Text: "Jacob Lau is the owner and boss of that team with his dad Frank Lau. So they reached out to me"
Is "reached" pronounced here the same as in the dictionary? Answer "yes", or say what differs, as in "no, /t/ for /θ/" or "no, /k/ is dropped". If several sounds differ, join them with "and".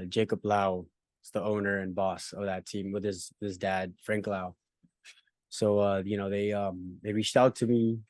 yes